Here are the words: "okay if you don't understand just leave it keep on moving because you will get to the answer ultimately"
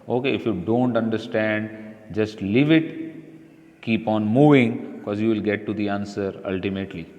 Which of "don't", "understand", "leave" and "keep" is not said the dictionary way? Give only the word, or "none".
none